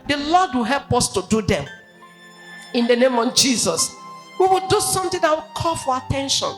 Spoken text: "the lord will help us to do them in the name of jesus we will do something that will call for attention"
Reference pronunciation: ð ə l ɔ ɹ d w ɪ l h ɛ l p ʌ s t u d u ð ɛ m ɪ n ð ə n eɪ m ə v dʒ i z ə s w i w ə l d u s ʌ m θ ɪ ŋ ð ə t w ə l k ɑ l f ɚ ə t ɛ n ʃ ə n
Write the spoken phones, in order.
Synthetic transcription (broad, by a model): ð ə l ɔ d w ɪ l h ɛ l p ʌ s t u d u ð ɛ m ɪ n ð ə n eɪ m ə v dʒ i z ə s w i w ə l d u s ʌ m t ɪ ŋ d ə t w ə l k ɑ l f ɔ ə t ɛ n ʃ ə n